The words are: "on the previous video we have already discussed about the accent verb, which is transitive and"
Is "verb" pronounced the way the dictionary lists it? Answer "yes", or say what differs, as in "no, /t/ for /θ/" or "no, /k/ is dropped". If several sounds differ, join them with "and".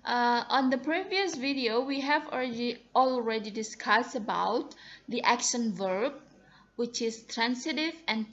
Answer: yes